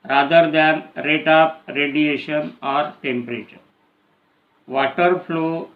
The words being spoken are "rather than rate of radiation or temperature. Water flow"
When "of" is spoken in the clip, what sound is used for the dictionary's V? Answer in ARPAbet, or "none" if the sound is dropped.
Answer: P